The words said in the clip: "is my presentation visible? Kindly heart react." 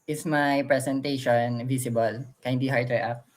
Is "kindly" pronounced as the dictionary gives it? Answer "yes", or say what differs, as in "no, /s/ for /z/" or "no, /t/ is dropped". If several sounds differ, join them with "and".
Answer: no, /l/ is dropped